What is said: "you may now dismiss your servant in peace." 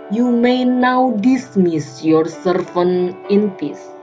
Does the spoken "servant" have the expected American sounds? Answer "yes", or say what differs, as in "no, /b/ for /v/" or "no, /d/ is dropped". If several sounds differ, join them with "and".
no, /f/ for /v/ and /t/ is dropped